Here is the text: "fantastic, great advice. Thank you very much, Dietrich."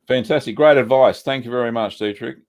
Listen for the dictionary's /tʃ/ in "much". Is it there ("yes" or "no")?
yes